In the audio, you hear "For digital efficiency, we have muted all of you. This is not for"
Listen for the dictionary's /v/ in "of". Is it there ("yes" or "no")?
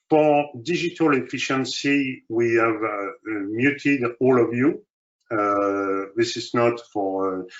yes